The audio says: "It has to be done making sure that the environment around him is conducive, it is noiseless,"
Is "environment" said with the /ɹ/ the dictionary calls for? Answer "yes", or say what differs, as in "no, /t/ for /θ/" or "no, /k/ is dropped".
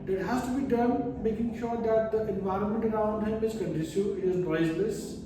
yes